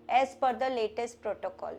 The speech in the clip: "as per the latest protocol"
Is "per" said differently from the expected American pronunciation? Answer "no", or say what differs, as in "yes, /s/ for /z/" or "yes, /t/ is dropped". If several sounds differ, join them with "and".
yes, /f/ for /p/